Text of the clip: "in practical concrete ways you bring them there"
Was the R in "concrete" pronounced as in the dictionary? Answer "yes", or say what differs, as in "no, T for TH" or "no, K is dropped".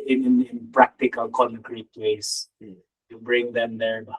yes